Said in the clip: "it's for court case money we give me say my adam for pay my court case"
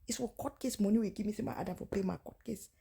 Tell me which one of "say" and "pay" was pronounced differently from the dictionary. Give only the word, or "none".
say